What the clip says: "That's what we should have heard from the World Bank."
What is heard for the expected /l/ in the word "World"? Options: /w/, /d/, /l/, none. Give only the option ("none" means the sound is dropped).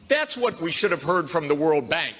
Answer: /l/